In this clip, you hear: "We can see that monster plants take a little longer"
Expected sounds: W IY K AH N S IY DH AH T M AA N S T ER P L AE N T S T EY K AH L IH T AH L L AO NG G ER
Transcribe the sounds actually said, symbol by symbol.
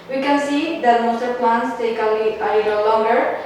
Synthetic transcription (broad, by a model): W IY K AH N S IY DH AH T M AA S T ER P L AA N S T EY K AH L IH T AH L L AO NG G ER